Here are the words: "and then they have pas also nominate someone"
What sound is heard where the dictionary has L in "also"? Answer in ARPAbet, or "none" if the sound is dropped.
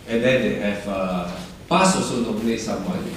none